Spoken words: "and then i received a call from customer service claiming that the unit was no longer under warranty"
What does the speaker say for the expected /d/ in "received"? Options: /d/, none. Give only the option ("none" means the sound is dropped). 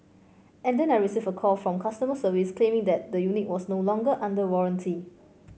none